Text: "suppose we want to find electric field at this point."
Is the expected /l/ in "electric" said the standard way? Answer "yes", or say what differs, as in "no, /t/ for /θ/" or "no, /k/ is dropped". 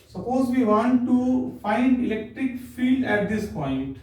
yes